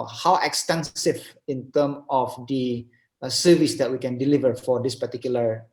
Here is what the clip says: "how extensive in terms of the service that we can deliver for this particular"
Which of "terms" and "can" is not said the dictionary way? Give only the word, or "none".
terms